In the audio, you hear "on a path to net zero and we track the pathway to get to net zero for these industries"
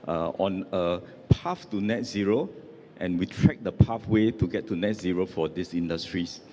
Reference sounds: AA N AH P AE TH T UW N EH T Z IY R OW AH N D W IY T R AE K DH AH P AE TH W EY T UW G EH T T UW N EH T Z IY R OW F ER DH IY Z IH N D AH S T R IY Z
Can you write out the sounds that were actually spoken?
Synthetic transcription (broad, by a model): AA N AH P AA F T UW N EH T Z IY R OW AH N W IY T R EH K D AH P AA F W EY T UW G EH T T UW N EH T Z IY R OW F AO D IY S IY N D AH S T R IY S